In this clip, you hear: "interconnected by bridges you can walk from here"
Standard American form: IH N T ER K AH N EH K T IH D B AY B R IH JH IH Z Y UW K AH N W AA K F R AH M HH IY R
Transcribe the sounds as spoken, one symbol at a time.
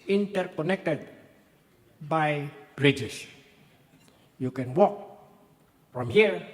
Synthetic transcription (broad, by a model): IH N T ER K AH N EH K T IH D B AY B R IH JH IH S Y UW K AH N W AA K F R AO M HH IY R